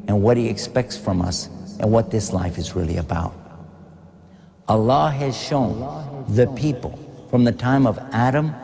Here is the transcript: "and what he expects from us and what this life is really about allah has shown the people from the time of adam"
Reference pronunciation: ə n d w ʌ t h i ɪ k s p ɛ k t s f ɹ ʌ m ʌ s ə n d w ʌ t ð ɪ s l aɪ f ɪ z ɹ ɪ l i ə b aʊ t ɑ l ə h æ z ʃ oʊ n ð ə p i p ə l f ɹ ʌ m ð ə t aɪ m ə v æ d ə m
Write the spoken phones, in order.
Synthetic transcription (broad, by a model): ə n w ʌ t h i ɪ k s p ɛ k t s f ɹ ʌ m ʌ s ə n w ʌ t ð ɪ s l aɪ f ɪ z ɹ ɪ l i ə b aʊ t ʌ l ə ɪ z ʃ oʊ n ð ə p i p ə l f ɹ ʌ m ð ə t aɪ m ə v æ d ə m